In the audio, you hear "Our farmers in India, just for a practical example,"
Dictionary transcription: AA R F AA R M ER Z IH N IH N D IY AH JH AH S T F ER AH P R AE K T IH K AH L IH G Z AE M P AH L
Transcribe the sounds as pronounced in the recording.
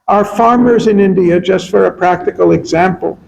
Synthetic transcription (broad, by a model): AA R F AA R M ER Z IH N IH N D IY AH JH AH S T F ER AH P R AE K T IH K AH L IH G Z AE M P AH L